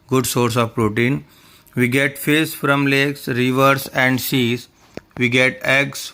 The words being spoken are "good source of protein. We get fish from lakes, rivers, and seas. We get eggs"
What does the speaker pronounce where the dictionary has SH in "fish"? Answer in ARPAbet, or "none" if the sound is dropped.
S